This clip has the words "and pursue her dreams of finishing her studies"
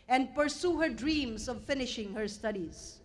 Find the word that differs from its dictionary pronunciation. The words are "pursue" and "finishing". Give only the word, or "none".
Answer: none